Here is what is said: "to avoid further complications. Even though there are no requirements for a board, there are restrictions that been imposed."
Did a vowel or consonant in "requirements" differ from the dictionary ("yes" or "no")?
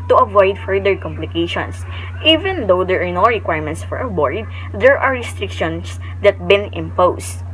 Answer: no